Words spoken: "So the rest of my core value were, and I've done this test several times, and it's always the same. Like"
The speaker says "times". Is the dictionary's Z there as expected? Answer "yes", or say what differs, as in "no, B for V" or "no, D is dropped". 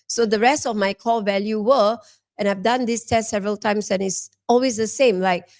no, S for Z